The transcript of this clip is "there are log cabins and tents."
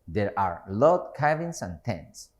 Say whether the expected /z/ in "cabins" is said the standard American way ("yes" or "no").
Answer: no